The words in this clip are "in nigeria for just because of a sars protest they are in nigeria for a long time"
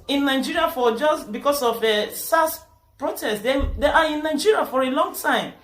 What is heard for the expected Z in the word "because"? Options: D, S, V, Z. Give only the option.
S